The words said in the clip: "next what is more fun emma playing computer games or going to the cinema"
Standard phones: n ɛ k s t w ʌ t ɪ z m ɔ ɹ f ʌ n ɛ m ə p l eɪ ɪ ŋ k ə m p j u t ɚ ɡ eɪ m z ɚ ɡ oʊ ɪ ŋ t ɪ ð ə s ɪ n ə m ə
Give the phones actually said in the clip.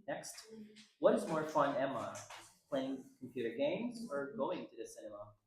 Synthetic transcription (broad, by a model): n ɛ k s t w ʌ t ɪ z m ɔ ɹ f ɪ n ɛ m ə p l eɪ ɪ ŋ k m p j u t ɚ ɡ eɪ m z ɚ ɡ oʊ ɪ ŋ t ɪ ð ə s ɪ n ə m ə